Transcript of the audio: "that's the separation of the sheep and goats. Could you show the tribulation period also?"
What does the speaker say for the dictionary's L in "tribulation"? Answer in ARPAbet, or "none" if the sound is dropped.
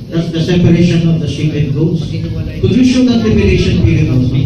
N